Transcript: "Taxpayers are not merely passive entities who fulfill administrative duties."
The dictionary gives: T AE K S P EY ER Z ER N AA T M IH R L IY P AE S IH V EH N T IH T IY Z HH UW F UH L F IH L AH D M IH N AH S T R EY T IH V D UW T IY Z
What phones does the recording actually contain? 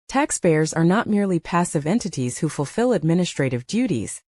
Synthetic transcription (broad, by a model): T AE K S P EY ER Z ER N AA T M IH R L IY P AE S IH V EH N T IH T IY Z HH UW F UH L F IH L AH D M IH N AH S T R EY T IH V D UW T IY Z